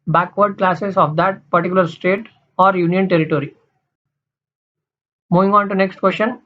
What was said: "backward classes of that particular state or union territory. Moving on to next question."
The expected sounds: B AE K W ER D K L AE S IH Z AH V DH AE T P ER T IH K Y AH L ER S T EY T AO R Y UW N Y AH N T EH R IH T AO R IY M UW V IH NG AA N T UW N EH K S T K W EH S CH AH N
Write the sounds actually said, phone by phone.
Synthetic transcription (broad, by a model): B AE K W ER D K L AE S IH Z AH V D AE T P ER T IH K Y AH L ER S T EY T AO R Y UW N Y AH N T EH R IH T AO R IY M UW V IH NG AA N T UW N EH K S T K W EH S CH AH N